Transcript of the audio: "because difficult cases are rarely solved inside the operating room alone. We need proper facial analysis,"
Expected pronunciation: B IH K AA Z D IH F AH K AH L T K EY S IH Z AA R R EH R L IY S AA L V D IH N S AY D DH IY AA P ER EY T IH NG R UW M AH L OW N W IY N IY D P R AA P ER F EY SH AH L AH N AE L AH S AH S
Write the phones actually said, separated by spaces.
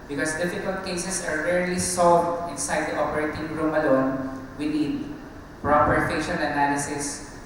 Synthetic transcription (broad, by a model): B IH K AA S D IH F AH K AH L T K EY S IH S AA R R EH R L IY S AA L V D IH N S AY D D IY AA P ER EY T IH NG R UW M AH L OW N W IY N IY D P R AA P ER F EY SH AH N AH N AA L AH S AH S